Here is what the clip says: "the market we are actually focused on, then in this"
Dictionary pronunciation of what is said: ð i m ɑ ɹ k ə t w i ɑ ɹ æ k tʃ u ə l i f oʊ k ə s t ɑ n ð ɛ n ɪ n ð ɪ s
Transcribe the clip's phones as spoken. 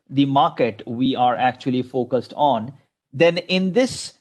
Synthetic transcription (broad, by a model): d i m ɑ ɹ k ə t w i ɑ ɹ æ k tʃ u ə l i f oʊ k ə s t ɑ n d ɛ n ɪ n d ɪ s